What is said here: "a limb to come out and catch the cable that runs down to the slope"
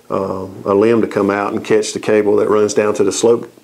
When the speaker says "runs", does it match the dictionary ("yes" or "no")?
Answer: yes